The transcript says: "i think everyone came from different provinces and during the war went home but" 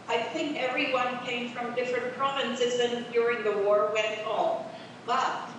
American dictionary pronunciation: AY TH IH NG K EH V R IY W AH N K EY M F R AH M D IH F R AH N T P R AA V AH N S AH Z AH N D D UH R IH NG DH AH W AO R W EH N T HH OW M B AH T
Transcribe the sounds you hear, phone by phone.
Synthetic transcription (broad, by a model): AY TH IH NG K EH V R IY W AH N K EY M F R AH M D IH F R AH N P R AA V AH N S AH Z AH N D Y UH R IH NG DH AH W AO R W EH N T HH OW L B AH T